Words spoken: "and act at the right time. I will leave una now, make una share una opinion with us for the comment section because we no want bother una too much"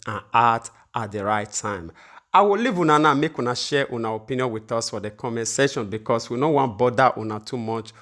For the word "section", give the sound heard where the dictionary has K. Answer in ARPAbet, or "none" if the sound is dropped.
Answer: none